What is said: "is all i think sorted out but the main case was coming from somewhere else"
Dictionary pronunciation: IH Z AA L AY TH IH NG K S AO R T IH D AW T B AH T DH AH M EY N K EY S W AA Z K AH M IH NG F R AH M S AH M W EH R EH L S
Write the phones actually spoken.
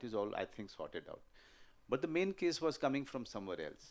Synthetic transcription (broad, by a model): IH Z AA L AY T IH NG K S AO R T IH D AW T B AH T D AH M EY N K EY S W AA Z K AH M IH NG F R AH M S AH M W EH R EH L S